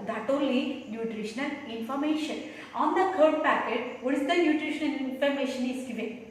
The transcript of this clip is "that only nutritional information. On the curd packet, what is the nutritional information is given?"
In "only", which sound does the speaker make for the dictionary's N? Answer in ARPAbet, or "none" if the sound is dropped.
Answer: none